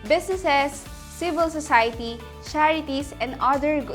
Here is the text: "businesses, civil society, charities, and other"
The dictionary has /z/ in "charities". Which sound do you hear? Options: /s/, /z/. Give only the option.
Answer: /s/